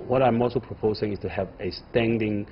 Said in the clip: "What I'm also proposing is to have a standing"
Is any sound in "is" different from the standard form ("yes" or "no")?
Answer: yes